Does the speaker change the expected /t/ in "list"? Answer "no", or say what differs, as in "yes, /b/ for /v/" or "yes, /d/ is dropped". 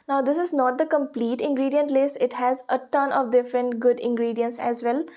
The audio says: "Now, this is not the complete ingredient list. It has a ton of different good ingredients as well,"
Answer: yes, /t/ is dropped